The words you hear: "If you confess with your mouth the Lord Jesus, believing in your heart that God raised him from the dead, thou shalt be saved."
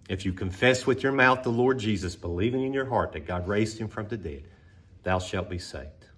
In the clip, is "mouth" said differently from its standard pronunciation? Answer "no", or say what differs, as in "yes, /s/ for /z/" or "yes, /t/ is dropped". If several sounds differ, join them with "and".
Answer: no